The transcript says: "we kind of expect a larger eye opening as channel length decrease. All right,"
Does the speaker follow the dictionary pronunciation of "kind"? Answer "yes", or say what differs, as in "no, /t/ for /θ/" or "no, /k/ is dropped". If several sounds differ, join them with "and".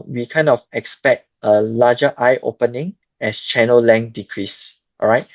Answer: no, /d/ is dropped